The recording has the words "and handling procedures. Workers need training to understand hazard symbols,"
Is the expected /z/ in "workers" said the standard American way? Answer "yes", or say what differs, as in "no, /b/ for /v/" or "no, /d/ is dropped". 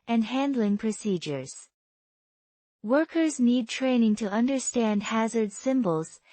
yes